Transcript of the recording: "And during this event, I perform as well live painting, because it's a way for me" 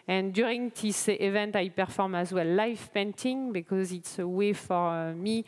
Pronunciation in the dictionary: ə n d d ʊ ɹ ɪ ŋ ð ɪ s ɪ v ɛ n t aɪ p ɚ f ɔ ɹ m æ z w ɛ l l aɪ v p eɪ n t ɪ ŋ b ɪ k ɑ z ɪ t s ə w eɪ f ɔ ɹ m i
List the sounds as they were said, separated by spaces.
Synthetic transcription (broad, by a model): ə n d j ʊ ɹ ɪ ŋ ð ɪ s ɪ v ɛ n t aɪ p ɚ f ɔ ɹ m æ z w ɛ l l aɪ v p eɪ n t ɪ ŋ b ɪ k ɑ z ɪ t s ə w eɪ f ɔ ɹ m i